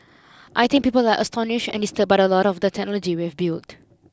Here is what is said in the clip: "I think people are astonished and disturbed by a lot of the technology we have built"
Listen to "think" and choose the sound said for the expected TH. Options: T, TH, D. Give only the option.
T